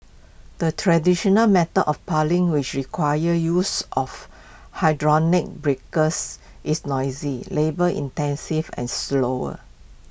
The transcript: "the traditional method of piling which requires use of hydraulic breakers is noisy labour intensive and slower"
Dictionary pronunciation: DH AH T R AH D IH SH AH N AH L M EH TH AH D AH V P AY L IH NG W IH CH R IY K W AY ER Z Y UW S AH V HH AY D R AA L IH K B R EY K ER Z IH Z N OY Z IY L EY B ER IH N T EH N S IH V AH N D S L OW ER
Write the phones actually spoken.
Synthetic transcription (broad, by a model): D AH T R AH D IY SH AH N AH L M EH T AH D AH F P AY L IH NG W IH CH R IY K W AY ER Y UW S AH F HH AY D R AA N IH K B R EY K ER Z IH S N OY Z IY L EY B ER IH N T EH N S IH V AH N S L OW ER